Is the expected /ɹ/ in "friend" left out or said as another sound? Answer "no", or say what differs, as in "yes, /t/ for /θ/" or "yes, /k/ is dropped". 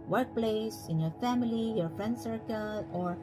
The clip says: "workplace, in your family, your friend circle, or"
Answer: no